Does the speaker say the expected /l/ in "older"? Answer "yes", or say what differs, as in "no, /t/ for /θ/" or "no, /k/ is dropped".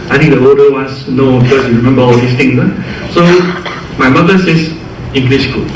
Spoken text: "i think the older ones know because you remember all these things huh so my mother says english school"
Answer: no, /l/ is dropped